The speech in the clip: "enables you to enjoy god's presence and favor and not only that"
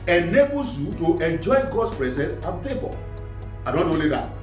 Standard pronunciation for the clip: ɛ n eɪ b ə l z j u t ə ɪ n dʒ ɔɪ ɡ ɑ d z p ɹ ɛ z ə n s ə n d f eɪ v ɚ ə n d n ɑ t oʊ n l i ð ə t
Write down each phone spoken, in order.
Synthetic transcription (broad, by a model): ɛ n eɪ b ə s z j u t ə ɪ n dʒ ɔɪ ɡ ɑ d s p ɹ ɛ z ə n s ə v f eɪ b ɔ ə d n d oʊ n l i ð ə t